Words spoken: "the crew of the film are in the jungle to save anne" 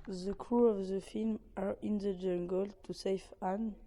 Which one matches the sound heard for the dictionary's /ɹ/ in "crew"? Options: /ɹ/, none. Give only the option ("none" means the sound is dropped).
/ɹ/